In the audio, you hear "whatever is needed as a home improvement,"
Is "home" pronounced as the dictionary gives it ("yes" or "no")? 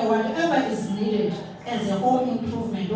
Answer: no